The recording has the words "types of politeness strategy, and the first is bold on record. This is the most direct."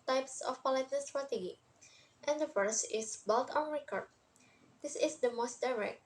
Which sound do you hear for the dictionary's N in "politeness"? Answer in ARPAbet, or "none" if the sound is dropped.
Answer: none